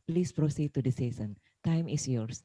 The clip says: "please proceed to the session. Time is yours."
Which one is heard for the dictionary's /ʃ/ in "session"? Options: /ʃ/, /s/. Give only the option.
/s/